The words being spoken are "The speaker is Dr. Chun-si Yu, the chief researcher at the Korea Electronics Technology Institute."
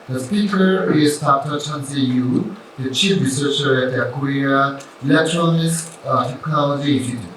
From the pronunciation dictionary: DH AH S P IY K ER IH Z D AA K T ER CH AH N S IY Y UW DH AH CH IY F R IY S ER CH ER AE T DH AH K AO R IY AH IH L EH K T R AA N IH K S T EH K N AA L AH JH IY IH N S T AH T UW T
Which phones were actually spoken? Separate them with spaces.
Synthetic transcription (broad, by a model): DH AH S P IY K ER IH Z D AA K T ER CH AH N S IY Y UW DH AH CH IY F R IY S ER CH ER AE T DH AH K AO R IY AH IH L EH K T R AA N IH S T T EH K N AA L AH JH IY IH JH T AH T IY